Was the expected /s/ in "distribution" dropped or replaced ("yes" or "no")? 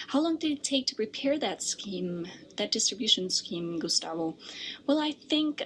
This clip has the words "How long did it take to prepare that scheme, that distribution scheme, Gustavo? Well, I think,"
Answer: no